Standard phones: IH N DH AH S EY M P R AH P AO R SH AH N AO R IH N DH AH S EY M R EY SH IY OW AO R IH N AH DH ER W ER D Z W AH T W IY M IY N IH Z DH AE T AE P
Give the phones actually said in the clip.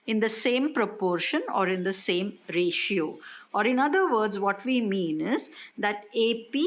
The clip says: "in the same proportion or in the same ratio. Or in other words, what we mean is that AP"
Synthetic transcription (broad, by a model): IH N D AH S EY M P R AH P AO R SH AH N AO R IH N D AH S EY M R EY SH IY OW AO R IH N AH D ER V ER D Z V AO T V IY M IY N IH Z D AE T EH P